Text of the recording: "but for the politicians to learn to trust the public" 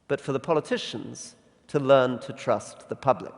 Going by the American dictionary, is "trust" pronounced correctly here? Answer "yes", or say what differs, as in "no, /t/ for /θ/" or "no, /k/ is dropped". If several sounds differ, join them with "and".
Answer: yes